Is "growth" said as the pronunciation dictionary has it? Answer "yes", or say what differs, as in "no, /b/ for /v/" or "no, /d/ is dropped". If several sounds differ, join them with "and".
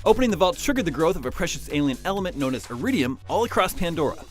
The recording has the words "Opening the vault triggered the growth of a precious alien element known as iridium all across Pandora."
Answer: yes